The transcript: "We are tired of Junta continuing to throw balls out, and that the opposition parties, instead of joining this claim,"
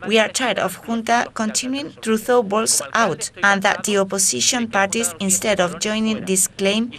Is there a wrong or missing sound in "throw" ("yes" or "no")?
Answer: yes